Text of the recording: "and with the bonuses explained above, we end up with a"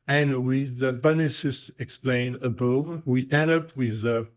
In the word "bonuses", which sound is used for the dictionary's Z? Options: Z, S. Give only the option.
S